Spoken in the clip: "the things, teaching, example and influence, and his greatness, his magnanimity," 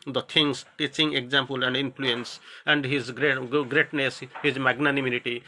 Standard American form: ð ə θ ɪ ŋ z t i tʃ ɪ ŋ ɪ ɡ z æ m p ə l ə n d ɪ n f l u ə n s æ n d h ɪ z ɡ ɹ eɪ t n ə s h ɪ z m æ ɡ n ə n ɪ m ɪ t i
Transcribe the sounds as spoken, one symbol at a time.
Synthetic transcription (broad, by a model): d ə t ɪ ŋ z t i tʃ ɪ ŋ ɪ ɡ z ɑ m p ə l ə n d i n p l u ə n s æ n d h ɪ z ɡ ɹ eɪ t n ə s h ɪ z m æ ɡ n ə n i m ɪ t i